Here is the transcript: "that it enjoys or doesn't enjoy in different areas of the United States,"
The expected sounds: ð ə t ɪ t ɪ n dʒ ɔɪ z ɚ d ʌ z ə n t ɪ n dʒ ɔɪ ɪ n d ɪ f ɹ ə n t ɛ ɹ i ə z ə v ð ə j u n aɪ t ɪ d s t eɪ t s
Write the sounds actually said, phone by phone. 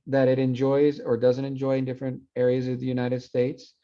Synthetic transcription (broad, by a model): ð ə t ɪ t ɪ n dʒ ɔɪ z ɚ d ʌ z ə n t ɪ n dʒ ɔɪ ɪ n d ɪ f ɹ ə n t ɛ ɹ i ə z ə v ð ə j u n aɪ t ɪ d s t eɪ t s